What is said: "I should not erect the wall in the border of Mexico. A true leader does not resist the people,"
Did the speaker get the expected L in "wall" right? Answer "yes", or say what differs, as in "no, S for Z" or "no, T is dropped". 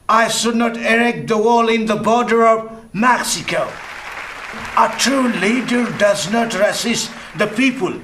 yes